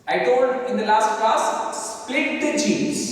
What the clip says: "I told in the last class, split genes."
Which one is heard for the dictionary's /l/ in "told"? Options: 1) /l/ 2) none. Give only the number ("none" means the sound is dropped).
2